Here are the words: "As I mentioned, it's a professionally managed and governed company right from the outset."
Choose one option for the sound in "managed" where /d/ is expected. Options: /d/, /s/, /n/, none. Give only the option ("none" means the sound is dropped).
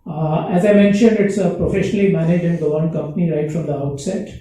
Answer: none